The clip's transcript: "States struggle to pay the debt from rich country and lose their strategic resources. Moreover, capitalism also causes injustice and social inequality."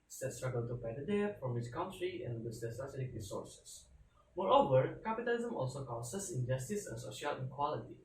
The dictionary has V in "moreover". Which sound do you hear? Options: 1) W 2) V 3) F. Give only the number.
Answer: 2